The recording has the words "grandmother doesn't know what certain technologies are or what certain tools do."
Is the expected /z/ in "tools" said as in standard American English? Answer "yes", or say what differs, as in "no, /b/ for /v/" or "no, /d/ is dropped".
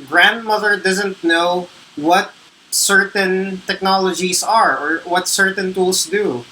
no, /s/ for /z/